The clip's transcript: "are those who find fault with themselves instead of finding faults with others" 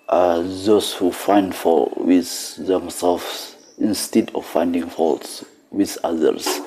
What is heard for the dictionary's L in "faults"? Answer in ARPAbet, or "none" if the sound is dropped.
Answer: L